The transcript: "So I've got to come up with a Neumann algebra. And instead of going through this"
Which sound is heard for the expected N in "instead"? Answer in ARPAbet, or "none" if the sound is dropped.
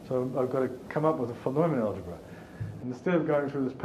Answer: none